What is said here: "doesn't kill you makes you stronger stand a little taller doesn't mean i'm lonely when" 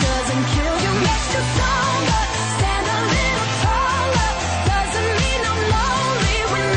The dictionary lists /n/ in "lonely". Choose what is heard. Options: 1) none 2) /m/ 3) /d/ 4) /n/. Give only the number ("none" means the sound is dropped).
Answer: 1